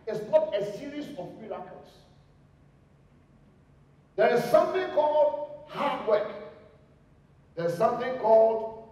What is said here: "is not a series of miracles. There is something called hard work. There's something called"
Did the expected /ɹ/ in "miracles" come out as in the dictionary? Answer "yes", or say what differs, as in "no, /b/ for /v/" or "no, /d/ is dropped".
no, /l/ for /ɹ/